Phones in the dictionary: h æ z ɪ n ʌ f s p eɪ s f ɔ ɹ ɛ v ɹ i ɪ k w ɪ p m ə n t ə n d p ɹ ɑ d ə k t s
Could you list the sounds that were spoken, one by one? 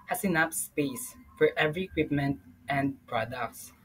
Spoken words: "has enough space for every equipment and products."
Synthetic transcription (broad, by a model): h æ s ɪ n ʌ p s p eɪ s f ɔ ɹ ɛ v ɹ i ɪ k w ɪ p m ə n t ə n d p ɹ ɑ d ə k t s